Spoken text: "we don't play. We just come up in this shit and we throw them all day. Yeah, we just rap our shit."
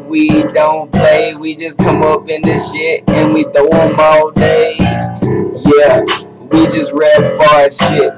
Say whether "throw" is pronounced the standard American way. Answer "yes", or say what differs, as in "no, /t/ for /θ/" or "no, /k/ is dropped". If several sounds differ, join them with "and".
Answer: no, /ɹ/ is dropped